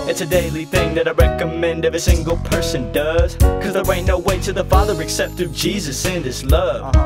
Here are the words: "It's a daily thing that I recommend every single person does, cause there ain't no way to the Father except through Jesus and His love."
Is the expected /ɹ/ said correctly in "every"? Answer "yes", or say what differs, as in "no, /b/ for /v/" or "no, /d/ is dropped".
no, /ɹ/ is dropped